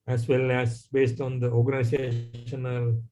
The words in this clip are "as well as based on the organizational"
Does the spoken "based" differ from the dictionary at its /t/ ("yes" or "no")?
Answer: no